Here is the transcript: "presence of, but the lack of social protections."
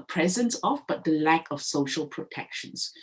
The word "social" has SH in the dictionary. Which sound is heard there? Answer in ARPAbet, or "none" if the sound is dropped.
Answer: SH